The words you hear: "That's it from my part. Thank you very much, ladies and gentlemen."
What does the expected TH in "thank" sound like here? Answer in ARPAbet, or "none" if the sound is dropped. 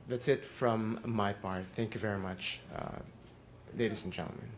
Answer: TH